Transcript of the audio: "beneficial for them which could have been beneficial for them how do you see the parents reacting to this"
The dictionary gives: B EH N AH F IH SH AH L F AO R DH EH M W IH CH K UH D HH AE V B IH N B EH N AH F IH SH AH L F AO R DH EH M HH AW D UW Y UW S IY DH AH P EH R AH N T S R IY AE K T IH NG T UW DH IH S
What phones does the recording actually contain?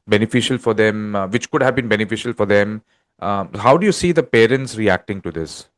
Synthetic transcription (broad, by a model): B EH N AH F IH SH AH L F AO R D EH M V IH CH K UH D HH AE V B IH N B EH N AH F IH SH AH L F AO R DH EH M HH AW D UW Y UW S IY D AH P EH R AH N T S R IY AE K T IH NG T UW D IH S